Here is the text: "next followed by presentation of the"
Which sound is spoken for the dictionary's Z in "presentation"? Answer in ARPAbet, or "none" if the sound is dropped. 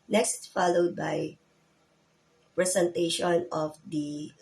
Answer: S